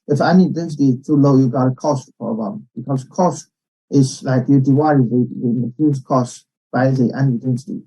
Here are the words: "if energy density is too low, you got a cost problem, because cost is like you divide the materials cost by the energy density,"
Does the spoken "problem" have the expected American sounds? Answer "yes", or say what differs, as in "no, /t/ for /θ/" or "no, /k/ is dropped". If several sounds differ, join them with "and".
no, /l/ is dropped